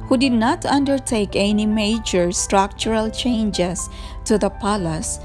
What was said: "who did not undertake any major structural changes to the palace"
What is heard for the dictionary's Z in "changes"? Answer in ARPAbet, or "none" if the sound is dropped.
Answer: S